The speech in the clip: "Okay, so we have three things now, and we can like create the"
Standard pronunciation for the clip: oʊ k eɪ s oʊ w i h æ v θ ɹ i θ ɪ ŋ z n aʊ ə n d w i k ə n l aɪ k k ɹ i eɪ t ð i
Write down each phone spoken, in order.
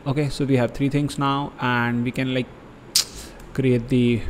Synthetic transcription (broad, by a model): oʊ k eɪ s oʊ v i h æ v t ɹ i t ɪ ŋ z n aʊ ə n d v i k ə n l aɪ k k ɹ i eɪ t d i